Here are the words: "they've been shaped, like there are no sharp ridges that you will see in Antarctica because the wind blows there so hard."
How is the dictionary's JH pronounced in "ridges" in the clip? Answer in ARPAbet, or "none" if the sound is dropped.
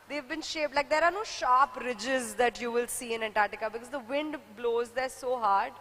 JH